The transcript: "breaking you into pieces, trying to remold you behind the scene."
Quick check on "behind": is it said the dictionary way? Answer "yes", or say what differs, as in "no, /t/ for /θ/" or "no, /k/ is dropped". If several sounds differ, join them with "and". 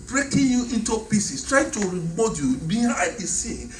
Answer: no, /n/ is dropped